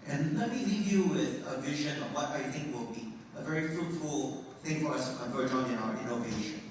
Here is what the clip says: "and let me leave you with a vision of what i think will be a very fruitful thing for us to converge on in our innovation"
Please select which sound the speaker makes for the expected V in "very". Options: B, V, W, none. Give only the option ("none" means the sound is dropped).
V